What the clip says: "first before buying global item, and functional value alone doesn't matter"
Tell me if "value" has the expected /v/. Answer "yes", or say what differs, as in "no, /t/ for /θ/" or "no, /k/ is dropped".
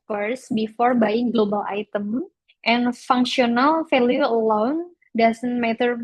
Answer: no, /f/ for /v/